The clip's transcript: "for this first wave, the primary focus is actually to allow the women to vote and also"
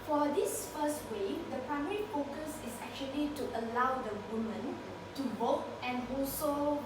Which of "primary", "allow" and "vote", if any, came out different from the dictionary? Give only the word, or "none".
vote